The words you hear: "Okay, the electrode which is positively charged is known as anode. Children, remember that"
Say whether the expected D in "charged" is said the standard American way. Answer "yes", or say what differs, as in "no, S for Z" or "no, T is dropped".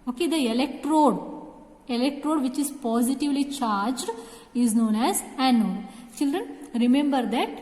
yes